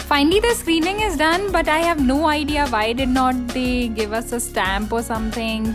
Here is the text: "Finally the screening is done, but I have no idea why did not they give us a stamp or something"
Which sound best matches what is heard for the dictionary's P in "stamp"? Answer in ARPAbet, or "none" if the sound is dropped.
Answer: P